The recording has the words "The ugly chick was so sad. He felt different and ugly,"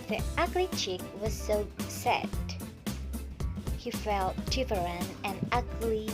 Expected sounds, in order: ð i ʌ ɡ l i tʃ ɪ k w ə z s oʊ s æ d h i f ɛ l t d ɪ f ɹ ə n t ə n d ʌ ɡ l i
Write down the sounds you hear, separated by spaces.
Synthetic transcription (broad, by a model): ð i ʌ ɡ l i tʃ ɪ k w ə z s oʊ s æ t h i f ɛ l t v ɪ ɹ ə n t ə n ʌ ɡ l i